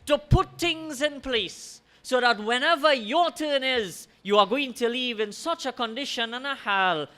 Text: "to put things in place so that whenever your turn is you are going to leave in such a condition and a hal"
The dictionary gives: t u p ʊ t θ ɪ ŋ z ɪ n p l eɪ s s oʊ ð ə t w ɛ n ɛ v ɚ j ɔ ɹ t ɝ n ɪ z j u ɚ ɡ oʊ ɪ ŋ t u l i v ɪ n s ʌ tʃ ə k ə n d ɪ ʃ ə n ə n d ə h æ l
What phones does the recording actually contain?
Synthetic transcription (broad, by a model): t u p ʊ t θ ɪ ŋ z ɪ n p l eɪ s s oʊ ð ə t w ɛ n ɛ v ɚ j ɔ t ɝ n ɪ z j u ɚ ɡ oʊ ɪ ŋ t u l i v ɪ n s ʌ tʃ ə k ə n d ɪ ʃ ə n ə n ə h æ l